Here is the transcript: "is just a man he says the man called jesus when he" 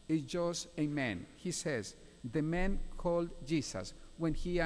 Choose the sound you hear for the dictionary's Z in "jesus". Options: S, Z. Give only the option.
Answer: S